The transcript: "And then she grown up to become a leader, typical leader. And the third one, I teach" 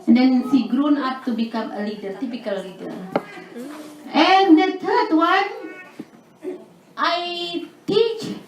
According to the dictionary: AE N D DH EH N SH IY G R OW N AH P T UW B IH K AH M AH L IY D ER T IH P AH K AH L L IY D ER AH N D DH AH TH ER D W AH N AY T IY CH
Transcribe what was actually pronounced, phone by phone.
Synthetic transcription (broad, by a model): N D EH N S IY G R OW N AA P T UW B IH K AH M AH L IY D ER T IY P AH K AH L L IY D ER AH N D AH T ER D W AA N AY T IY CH